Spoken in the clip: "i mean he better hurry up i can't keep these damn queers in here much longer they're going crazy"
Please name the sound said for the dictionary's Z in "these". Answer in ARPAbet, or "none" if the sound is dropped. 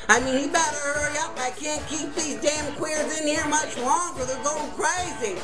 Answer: Z